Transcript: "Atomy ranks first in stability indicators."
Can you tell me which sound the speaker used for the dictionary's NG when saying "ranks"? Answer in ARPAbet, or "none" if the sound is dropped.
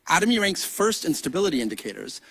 NG